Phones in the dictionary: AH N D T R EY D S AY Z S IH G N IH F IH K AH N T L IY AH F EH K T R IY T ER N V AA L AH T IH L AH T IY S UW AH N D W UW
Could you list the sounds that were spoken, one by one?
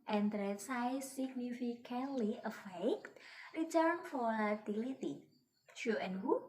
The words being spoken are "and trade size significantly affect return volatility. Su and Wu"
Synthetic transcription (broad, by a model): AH N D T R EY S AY S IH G N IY F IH K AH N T L IY AH F EH K T R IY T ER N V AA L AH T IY L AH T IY SH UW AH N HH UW